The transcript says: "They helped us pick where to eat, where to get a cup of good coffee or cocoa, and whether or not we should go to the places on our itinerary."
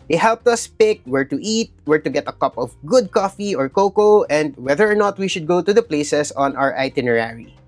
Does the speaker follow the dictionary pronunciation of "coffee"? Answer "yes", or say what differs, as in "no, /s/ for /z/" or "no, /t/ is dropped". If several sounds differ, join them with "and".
yes